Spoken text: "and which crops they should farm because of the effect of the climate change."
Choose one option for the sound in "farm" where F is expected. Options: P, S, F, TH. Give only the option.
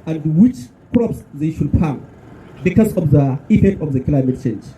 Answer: P